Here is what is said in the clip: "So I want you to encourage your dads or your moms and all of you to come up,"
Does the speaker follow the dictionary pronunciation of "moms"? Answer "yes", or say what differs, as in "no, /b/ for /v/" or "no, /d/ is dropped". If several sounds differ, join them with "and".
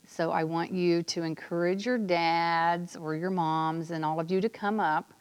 yes